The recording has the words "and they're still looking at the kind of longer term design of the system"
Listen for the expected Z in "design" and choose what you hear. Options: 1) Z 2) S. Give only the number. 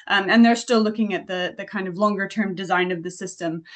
1